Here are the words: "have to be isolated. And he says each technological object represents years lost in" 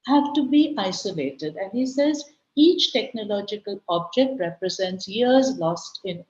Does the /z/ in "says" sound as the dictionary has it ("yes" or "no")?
yes